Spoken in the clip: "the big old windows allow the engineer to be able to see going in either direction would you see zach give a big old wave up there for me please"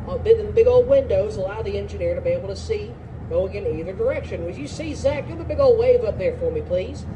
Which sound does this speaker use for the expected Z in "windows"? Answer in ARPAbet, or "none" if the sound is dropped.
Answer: Z